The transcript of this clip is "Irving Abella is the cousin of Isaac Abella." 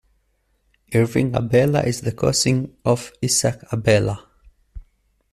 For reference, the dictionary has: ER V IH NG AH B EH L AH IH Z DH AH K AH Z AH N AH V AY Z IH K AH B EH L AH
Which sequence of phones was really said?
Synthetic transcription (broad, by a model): ER V IH NG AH B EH L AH IH Z DH AH K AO S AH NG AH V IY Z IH K AH B EH L AH